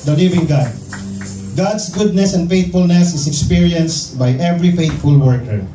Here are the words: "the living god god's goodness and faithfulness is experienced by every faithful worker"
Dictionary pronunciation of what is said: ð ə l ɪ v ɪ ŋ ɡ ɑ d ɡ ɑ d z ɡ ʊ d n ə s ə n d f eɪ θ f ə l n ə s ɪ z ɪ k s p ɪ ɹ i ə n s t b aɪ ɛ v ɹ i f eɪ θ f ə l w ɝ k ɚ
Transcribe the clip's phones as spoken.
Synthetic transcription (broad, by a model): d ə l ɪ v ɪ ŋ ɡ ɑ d ɡ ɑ d s ɡ ʊ d n ə s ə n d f eɪ t f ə l n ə s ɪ s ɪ k s p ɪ ɹ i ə n s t b aɪ ɛ v ɹ i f eɪ t f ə l w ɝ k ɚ